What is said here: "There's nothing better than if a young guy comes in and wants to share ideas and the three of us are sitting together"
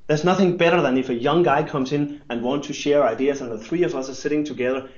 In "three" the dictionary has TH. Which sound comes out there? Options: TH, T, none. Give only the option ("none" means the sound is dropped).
TH